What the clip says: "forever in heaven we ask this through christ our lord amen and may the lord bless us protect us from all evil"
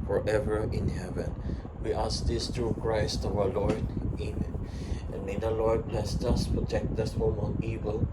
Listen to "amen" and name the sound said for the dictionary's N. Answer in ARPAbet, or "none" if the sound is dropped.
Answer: none